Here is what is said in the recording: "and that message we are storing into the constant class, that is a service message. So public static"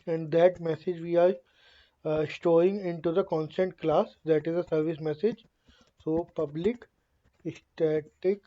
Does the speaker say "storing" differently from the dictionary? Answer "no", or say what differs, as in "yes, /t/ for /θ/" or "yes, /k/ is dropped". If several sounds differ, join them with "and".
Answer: yes, /ɹ/ is dropped